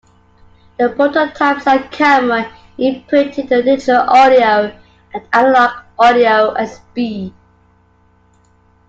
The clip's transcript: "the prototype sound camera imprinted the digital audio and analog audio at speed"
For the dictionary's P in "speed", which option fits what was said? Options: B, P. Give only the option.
B